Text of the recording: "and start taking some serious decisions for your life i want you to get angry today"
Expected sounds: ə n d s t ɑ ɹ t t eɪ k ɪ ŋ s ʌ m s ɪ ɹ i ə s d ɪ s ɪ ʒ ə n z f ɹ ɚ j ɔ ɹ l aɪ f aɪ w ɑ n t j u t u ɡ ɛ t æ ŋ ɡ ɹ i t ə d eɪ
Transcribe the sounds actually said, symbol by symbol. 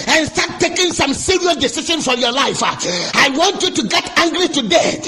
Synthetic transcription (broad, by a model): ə n s t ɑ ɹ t t eɪ k ɪ ŋ s ʌ m s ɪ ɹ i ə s d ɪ s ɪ ʃ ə n f ɹ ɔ j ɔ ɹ l aɪ f aɪ w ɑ n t j u t u ɡ ɛ t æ ŋ ɡ ɹ i t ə d eɪ